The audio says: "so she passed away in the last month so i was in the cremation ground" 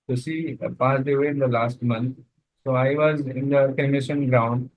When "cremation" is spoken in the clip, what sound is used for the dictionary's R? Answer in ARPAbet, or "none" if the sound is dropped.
none